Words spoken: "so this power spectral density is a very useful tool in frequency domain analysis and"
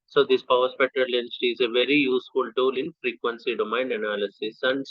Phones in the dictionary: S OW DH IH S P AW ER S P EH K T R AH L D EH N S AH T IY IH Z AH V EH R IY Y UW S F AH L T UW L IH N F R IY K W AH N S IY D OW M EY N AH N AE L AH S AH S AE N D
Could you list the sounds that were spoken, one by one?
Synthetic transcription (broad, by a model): S OW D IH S P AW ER S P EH T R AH L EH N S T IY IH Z AH V EH R IY Y UW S F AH L T UW L IH N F R IY K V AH N S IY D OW M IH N AH N AE L AH S AH S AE N D